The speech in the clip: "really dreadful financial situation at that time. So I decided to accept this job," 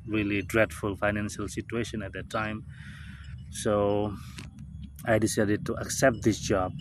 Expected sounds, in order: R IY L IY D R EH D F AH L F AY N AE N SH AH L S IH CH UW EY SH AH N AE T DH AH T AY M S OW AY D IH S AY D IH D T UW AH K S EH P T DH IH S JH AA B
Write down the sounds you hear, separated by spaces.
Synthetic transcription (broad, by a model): R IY L IY D R EH D F AH L F AY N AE N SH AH L S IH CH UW EY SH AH N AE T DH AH T AY M S OW AY D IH S AY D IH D T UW AH K S EH P T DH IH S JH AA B